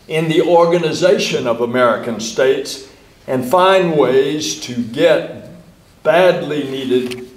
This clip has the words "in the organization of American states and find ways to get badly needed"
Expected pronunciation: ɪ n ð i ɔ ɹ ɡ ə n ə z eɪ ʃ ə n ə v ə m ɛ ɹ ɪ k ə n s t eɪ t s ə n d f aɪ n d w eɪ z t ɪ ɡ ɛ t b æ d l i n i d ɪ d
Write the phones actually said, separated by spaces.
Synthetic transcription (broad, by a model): ɪ n ð i ɔ ɹ ɡ ə n ə z eɪ ʃ ə n ə v ə m ɛ ɹ ɪ k ə n s t eɪ t s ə n f aɪ n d w eɪ z t ɪ ɡ ɛ t b æ d l i n i d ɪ d